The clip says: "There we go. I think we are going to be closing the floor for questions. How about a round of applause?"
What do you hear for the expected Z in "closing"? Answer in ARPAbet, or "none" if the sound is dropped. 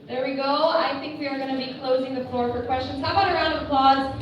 Z